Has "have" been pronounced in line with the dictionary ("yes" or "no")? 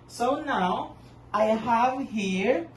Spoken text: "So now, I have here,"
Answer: yes